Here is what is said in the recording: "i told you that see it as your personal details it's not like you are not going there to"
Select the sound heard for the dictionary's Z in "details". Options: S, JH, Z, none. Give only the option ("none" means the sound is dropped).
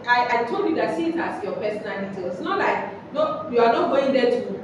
none